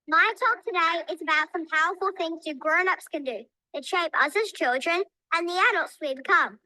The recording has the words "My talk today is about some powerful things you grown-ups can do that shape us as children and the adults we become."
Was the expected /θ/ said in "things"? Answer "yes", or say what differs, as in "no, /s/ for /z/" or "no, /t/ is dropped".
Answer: yes